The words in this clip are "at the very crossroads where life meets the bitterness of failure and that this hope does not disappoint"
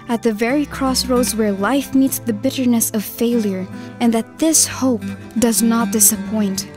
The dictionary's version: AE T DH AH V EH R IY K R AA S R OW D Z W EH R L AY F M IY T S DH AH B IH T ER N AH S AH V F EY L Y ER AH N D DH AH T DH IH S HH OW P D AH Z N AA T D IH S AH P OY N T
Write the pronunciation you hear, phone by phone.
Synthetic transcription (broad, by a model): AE T DH AH V EH R IY K R AA S R OW D Z W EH R L AY F M IY T S DH AH B IH T ER N AH S AH V F EY L Y ER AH N DH AH T DH IH S HH OW P D AH Z N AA T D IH S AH P OY N T